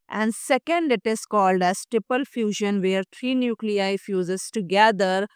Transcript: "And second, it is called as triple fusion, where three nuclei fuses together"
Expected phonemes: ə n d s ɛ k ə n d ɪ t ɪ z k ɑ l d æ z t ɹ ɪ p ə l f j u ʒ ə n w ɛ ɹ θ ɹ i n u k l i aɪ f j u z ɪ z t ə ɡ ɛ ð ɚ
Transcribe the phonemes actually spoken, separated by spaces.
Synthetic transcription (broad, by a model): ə n d s ɛ k ə n d ɪ t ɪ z k ɑ l d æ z t ɹ ɪ p ə l f j u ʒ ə n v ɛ ɹ t ɹ i n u k l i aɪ f j u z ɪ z t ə ɡ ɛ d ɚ